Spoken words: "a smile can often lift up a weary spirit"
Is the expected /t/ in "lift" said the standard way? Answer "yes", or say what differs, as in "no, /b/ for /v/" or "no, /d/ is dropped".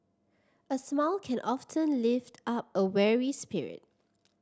yes